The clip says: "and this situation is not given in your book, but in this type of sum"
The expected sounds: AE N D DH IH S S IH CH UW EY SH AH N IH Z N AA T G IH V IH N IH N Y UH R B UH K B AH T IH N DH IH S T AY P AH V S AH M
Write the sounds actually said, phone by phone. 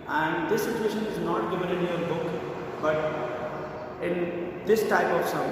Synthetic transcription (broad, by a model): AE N D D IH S S IH CH UW EY SH AH N IH Z N AA T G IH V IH L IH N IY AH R B UH K B AH T IH N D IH S T AY P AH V S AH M